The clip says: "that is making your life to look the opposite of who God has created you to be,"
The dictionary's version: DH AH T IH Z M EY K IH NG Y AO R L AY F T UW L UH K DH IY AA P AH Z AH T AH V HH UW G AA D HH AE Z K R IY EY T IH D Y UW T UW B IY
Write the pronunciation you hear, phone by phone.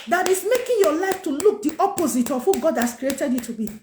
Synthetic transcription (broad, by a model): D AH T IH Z M EY K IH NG Y AO L AY F T UW L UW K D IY AA P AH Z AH T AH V HH UW G AA D HH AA S K R IY EY T IH D Y UW T UW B IY